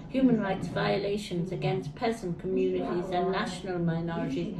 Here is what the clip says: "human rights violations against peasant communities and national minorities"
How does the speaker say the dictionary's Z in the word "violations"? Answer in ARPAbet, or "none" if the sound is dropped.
Z